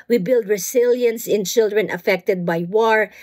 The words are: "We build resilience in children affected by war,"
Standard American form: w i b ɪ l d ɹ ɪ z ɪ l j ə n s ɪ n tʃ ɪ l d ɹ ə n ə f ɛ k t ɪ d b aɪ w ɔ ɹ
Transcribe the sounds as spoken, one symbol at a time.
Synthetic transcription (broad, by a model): w i b ɪ l d ɹ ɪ s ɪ l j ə n s ɪ n tʃ ɪ l d ɹ ə n ə f ɛ k t ɪ d b aɪ w ɔ ɹ